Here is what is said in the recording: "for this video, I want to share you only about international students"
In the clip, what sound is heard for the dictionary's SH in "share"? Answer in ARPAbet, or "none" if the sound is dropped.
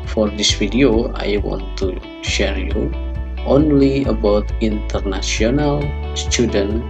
SH